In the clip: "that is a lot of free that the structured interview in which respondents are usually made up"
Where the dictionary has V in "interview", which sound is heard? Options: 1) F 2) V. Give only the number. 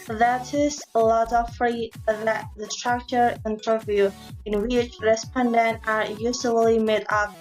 2